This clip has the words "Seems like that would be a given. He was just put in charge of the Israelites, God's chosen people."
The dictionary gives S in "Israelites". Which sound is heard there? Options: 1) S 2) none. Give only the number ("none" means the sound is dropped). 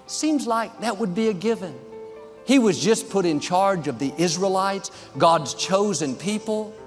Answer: 1